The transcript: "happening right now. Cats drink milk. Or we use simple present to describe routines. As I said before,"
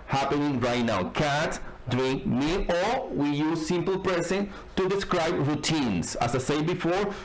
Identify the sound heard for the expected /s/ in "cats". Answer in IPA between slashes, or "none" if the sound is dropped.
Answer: none